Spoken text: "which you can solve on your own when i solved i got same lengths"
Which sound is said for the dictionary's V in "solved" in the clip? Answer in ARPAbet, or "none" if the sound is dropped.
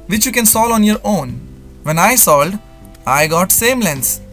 none